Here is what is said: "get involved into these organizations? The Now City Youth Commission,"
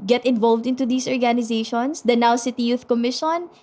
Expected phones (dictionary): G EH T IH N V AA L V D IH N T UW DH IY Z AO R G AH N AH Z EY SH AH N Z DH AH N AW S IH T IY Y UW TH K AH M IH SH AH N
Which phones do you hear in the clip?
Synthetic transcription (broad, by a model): G EH T IH N V AA L V D IH N T UW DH IY S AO R G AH N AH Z EY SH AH N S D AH N AW S IH T IY Y UW TH K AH M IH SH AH N